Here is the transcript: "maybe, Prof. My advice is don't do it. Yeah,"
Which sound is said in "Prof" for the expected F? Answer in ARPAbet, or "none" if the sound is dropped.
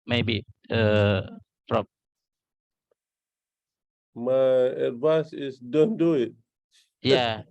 P